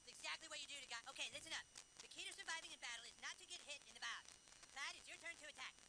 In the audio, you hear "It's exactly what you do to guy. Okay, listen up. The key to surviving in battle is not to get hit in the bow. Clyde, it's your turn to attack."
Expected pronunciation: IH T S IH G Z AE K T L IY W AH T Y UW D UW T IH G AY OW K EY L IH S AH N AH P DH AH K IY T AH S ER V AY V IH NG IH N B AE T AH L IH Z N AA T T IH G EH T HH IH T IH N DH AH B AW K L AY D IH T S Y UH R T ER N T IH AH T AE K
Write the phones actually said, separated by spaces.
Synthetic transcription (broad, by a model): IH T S IH G Z AE K T L IY W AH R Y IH D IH T IH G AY OW K EY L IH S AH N AH F DH AH K IY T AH S ER V AY V IH NG IH N B AE T L IH Z N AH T T IH G EH T HH IH T IH N DH AH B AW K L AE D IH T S Y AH R T ER N T IH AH T AE K